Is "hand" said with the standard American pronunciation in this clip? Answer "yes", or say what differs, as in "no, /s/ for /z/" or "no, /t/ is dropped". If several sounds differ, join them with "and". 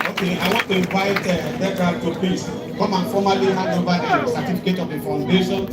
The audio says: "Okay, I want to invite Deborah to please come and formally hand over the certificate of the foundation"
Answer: no, /n/ is dropped